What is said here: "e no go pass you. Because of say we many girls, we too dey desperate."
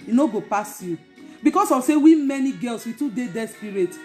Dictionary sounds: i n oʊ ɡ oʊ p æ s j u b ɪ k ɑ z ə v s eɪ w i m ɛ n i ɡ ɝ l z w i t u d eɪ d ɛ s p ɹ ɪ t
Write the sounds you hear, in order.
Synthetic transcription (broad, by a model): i n oʊ ɡ oʊ p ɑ s j u b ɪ k ɑ s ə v s eɪ w i m ɛ n i ɡ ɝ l s w i t u d eɪ d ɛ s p ɹ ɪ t